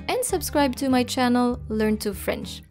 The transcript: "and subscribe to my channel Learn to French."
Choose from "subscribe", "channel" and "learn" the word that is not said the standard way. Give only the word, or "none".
none